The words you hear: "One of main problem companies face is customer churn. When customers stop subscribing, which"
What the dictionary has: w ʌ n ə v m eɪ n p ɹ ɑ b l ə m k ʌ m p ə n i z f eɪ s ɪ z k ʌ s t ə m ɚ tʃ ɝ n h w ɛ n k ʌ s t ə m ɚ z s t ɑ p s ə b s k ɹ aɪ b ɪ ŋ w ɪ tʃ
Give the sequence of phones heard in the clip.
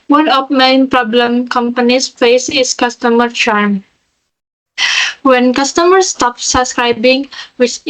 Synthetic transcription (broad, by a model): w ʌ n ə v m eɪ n p ɹ ɑ b l ə m k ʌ m p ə n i s f eɪ s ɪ s k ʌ s t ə m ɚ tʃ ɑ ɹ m w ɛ n k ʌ s t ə m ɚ s t ɑ p s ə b s k ɹ aɪ b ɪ ŋ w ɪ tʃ